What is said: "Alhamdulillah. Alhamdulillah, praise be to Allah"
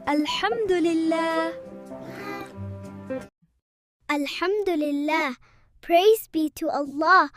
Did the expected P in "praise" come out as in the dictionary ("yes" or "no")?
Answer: yes